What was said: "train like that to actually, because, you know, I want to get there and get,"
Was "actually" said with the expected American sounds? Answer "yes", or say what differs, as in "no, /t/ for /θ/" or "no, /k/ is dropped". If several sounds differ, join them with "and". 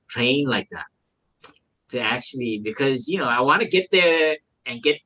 yes